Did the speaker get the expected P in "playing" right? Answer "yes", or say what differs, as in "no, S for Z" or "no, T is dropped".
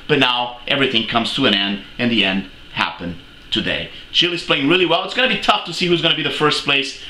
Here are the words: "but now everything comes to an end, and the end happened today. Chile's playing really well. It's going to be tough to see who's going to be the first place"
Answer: yes